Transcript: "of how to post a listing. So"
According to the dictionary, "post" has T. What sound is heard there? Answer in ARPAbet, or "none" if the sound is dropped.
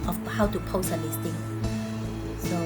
none